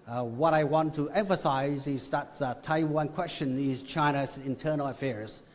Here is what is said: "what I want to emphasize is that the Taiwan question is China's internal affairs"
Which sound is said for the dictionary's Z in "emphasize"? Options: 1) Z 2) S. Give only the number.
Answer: 1